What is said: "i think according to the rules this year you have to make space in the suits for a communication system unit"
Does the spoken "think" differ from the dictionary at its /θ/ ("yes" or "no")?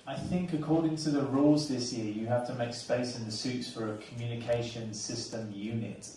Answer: no